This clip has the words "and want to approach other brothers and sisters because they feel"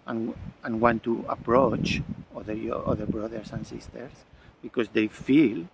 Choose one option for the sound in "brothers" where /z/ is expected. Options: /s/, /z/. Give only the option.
/s/